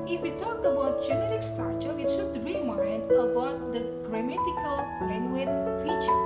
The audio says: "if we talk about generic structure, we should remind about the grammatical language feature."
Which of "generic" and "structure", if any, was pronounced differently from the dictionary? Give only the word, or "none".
structure